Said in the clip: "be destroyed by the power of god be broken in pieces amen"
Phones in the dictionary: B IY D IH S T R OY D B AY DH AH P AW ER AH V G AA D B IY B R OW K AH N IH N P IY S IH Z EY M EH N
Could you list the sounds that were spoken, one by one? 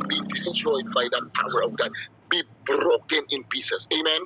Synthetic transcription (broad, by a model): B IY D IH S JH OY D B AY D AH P AW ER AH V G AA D B IY B R OW K AH N IH N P IY S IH S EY M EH N